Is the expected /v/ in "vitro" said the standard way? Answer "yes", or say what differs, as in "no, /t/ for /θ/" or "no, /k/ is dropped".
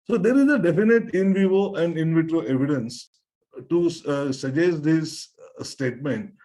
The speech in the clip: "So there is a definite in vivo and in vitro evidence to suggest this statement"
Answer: yes